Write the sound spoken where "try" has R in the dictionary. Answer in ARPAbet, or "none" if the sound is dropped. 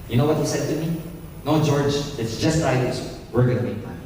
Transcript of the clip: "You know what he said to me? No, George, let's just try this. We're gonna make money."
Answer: none